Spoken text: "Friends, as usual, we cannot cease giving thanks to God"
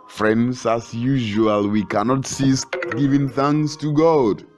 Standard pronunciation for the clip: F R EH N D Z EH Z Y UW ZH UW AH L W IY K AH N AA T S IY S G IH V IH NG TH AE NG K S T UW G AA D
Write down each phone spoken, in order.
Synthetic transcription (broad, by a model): F R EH N D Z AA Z Y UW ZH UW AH L W IY K AH N AA T S IY S G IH V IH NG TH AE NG S T UW G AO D